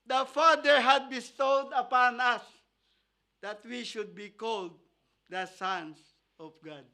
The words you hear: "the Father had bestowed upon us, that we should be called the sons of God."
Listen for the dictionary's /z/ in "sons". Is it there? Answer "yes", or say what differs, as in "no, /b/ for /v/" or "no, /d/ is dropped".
no, /s/ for /z/